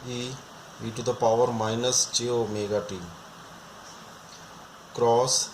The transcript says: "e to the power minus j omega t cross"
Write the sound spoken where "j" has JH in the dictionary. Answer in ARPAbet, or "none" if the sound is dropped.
CH